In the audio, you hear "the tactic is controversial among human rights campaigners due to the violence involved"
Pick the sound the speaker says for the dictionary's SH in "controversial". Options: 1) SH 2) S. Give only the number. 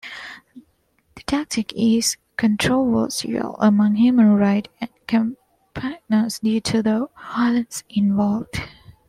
2